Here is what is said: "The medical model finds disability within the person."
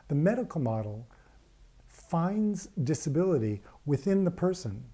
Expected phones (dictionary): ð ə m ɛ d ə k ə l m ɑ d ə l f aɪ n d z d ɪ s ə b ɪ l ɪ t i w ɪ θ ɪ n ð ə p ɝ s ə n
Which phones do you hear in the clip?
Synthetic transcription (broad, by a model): ð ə m ɛ d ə k l m ɑ d l f aɪ n d z d ɪ s ə b ɪ l ɪ t i w ɪ θ ɪ n ð ə p ɝ s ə n